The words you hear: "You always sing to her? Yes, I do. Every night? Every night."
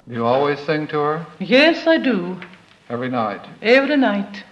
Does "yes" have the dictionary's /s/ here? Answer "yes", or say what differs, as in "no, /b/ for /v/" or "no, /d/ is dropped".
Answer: yes